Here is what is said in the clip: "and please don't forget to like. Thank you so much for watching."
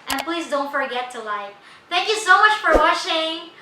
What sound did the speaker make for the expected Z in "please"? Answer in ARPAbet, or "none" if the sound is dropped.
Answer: Z